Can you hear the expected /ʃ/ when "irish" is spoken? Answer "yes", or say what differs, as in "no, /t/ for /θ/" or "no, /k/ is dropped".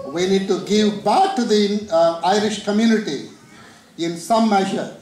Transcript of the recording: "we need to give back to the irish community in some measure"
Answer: yes